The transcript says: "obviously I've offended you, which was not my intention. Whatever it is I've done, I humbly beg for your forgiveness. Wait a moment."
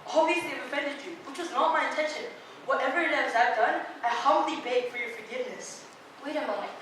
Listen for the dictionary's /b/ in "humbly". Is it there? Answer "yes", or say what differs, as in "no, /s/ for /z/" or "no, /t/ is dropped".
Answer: no, /b/ is dropped